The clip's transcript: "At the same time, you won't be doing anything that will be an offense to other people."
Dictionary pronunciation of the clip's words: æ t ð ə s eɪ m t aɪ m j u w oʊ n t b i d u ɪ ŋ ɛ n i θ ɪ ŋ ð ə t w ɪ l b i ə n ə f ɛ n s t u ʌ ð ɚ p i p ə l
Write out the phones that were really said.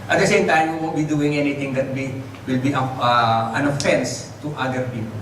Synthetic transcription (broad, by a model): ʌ t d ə s eɪ m t aɪ m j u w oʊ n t b i d u ɪ ŋ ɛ n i t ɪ ŋ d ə t w ɪ l b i ə n ə f ɛ n s t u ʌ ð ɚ p i p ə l